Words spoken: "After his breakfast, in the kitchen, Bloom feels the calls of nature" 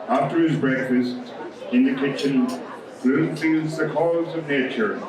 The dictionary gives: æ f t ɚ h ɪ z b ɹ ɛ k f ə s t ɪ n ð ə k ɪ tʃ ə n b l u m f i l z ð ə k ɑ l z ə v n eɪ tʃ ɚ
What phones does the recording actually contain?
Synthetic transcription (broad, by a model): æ f t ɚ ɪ z b ɹ ɛ k f ə s t ɪ n ð ə k ɪ tʃ ə n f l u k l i z ð ə k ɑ z ə v n eɪ tʃ ɚ